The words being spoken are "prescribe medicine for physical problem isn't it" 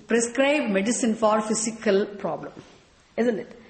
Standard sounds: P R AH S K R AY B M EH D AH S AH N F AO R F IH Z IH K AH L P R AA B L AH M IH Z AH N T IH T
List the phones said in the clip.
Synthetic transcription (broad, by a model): P R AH S K R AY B M EH D AH S AH N F AO R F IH S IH K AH L P R AA B L AH M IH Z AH N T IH T